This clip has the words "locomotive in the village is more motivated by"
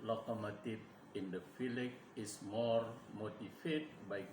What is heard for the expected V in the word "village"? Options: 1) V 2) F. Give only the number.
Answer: 2